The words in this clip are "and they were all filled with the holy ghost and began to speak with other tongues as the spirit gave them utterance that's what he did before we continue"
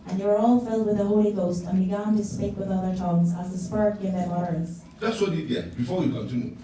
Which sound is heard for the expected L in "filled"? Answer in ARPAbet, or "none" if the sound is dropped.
L